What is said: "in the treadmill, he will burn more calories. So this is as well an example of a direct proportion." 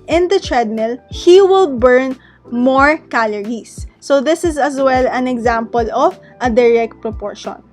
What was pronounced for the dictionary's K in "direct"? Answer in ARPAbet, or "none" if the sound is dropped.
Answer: K